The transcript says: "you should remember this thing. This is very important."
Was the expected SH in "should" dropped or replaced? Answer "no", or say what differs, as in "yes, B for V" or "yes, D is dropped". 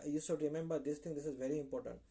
yes, S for SH